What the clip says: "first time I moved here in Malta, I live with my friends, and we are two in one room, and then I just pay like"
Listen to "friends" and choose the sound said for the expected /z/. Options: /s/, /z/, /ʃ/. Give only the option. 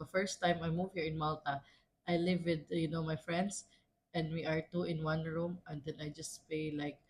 /s/